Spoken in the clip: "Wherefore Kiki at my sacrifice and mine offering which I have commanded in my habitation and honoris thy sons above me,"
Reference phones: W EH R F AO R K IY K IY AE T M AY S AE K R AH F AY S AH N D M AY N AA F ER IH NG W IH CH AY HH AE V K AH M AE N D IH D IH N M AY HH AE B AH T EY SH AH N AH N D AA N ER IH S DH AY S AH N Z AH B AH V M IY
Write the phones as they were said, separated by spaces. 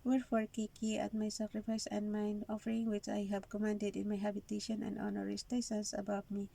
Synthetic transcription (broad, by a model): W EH R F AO R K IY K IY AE T M AY S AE K R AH F AY S AH N D M AY N AA F ER IH NG W IH CH AY HH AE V K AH M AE N D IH D IH N M AY HH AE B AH T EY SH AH N AH N D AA N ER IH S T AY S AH N S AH B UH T M IY